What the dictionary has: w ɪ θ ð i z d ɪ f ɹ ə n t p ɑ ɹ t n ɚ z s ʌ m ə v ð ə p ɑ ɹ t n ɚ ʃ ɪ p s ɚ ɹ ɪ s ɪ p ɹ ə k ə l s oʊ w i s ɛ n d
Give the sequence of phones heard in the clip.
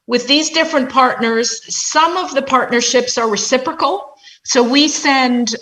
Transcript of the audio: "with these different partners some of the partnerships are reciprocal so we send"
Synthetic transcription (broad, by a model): w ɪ ð i z d ɪ f ɹ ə n p ɑ ɹ t n ɚ z s ʌ m ə v ð ə p ɑ ɹ t n ɚ ʃ ɪ p s ɚ ɹ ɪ s ɪ p ɹ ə k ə l s oʊ w i s ɛ n d